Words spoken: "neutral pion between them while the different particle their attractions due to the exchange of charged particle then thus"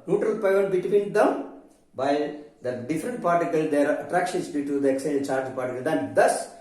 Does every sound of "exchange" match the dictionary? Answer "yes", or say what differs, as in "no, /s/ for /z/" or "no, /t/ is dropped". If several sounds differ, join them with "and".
no, /tʃ/ is dropped